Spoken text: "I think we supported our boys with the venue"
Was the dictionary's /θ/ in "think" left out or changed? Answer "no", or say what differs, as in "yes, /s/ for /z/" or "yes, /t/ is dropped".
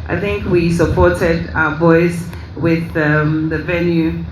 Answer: no